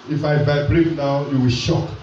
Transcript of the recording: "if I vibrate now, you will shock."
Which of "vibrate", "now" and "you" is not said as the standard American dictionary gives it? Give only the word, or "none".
vibrate